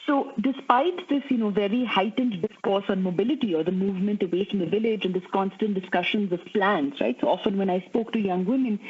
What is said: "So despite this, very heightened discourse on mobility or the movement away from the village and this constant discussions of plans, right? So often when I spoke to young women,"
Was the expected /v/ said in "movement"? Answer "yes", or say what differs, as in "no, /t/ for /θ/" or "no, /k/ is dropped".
yes